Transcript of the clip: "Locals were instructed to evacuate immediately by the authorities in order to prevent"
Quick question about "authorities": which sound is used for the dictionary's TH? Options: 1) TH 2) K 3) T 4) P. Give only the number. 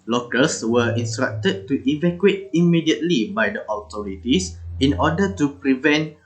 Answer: 3